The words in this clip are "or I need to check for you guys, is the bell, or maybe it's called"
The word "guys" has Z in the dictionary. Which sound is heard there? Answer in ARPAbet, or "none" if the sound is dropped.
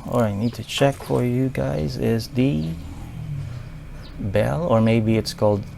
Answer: Z